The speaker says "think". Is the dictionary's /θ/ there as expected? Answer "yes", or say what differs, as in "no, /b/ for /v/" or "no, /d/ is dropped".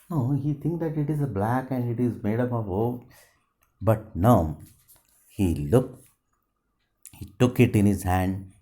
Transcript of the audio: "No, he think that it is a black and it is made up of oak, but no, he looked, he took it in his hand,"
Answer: no, /t/ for /θ/